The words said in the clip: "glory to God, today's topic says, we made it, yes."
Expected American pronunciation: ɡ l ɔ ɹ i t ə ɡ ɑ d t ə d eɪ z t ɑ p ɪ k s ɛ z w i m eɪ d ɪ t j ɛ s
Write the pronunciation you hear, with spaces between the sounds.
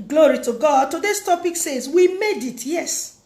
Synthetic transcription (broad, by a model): ɡ l ɔ ɹ i t ə ɡ ɑ d t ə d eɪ s t ɑ p ɪ k s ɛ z w i m eɪ d ɪ t j ɛ s